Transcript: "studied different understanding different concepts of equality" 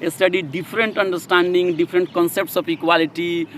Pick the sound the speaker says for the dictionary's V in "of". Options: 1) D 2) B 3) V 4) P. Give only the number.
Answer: 4